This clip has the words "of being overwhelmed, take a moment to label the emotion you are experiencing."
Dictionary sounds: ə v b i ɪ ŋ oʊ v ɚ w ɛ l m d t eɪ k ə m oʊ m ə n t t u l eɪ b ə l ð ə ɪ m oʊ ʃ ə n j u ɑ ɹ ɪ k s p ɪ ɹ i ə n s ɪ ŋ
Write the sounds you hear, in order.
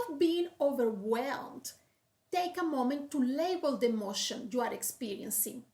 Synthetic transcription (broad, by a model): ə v b i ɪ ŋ oʊ v ɚ w ɛ l m d t eɪ k ə m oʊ m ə n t t u l eɪ b ə l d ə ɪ m oʊ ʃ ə n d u ɑ ɹ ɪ k s p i ɹ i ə n s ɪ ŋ